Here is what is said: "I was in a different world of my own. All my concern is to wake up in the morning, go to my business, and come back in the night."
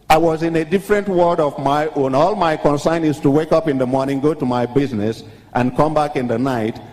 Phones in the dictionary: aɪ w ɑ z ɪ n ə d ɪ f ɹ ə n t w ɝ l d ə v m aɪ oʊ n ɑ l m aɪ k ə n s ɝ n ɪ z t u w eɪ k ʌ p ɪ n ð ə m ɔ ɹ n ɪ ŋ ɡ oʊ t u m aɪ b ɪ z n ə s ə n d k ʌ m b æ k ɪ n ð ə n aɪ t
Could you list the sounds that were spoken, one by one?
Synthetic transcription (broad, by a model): aɪ w ɑ z ɪ n ə d ɪ f ɹ ə n t w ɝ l d ə v m aɪ oʊ n ɑ l m aɪ k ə n s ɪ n ɪ z t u w eɪ k ʌ p ɪ n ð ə m ɔ ɹ n ɪ ŋ ɡ oʊ t u m aɪ b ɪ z n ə s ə n k ʌ m b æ k ɪ n ð ə n aɪ t